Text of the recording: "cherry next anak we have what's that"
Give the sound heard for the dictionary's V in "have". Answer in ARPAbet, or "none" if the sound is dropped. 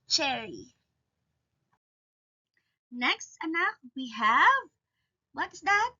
V